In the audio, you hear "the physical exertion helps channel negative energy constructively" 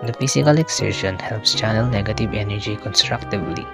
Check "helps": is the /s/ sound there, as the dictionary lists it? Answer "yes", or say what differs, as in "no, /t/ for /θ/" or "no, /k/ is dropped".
yes